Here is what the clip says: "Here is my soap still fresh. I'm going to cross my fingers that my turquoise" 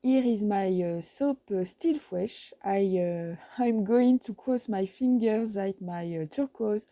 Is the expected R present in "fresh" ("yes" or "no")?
no